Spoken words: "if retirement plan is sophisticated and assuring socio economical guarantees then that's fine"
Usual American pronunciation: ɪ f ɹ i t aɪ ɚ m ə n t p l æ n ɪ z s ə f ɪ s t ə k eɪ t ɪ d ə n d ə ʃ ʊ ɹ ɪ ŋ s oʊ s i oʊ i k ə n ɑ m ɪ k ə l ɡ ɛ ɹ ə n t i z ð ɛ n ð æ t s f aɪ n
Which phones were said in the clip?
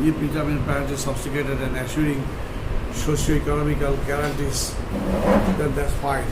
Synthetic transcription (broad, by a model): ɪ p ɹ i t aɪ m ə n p æ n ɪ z s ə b s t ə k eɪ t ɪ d ə n d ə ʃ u ɹ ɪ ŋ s oʊ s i oʊ i k ə n ɑ m ɪ k ə l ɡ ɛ ɹ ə n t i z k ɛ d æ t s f aɪ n